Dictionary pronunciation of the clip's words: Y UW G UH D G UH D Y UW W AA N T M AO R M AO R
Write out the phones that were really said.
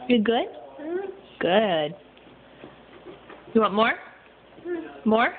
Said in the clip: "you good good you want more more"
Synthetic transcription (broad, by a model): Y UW G UH D G UH D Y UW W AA T M AO R M AO R